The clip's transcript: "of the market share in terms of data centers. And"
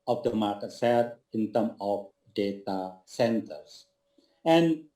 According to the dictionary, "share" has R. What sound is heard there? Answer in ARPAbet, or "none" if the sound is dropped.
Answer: L